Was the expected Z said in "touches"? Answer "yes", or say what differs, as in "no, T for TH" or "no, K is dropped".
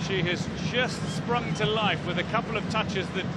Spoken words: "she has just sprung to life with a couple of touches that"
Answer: yes